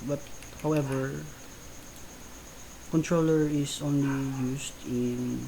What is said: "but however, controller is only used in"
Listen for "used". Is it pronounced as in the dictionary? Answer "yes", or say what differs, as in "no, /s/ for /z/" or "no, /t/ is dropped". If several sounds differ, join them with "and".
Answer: no, /s/ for /z/